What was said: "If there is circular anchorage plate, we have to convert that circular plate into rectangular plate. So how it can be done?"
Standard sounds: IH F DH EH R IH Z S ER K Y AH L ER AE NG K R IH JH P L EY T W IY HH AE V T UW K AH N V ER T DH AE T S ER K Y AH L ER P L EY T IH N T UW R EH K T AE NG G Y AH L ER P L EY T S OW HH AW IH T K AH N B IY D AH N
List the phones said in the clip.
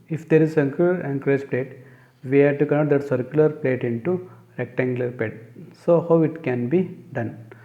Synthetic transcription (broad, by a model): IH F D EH R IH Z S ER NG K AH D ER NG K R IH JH P L EY T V IY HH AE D T UW K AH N ER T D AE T S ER K Y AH L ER P L EY T IH N T UW R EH K T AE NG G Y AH L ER P L EY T S OW HH AW IH T K AH N B IY D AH N